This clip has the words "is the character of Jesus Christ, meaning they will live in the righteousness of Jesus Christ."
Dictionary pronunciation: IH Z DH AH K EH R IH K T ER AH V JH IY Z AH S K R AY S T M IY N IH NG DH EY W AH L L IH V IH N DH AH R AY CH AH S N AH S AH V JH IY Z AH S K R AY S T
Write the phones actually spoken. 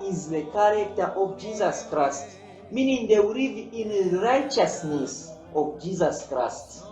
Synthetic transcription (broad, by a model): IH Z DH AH K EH R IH K T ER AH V JH IY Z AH S K R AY S T M IY N IH NG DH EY W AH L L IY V IH N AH R AY CH AH S N AH S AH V JH IY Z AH S K R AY S T